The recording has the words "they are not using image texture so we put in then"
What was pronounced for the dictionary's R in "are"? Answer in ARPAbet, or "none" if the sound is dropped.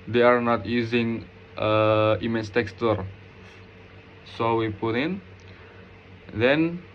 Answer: R